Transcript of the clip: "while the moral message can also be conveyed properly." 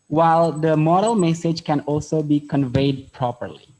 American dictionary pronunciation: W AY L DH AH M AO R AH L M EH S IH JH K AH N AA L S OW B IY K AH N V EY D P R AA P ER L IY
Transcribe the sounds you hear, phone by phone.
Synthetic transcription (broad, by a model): W AY L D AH M AO R AH L M EH S IH JH K AH N AA L S OW B IY K AH N V EY D P R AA P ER L IY